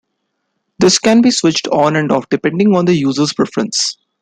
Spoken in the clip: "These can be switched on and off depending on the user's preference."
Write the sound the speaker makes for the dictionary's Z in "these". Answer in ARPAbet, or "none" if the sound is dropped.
S